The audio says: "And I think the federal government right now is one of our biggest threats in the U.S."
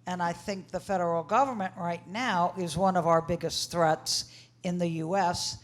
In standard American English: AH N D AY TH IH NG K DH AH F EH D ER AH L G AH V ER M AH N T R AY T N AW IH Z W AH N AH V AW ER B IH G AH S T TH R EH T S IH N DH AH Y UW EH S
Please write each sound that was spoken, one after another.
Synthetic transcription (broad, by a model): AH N AY TH IH NG K DH AH F EH D ER L G AH V ER M AH N T R AY T N AW IH Z W AH N AH V AW ER B IH G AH S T TH R EH T S IH N DH AH Y UW EH S